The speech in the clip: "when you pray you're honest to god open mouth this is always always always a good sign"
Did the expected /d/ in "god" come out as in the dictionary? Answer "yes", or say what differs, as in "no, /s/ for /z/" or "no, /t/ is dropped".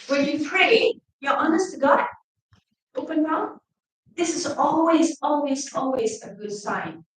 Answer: no, /d/ is dropped